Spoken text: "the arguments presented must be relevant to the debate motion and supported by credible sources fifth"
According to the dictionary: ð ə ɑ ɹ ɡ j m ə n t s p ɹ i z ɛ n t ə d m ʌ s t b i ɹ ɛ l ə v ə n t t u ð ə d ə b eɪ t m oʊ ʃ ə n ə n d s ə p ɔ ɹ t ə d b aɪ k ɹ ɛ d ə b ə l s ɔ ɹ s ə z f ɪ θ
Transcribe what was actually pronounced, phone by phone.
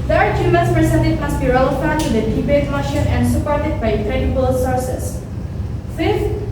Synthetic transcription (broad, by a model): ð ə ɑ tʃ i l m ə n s p ɹ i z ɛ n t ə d m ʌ s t b i ɹ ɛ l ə f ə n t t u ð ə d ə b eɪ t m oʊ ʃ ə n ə n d s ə p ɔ ɹ t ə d b aɪ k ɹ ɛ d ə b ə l s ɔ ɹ s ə s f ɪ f